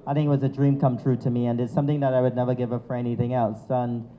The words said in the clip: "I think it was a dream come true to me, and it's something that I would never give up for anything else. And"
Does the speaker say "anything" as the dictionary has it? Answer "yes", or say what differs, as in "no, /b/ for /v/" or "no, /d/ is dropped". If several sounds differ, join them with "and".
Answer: yes